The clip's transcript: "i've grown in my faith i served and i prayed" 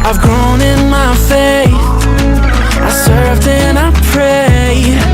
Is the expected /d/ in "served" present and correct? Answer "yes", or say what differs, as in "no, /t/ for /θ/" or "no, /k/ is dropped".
yes